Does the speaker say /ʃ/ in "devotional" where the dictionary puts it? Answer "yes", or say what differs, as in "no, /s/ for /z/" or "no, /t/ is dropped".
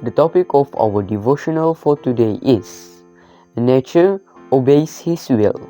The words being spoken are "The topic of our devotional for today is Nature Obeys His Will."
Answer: yes